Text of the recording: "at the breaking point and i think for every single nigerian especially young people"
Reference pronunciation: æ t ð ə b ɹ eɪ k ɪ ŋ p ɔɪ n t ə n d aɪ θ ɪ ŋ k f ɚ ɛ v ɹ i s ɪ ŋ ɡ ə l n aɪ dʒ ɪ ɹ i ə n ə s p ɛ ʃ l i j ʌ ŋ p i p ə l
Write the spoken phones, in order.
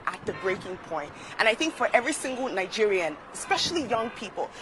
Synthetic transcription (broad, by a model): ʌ t ð ə b ɹ eɪ k ɪ ŋ p ɔɪ n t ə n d aɪ θ ɪ ŋ k f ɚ ɛ v ɹ i s ɪ ŋ ɡ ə l n aɪ dʒ ɪ ɹ i ə n ə s p ɛ ʃ l i j ʌ ŋ p i p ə l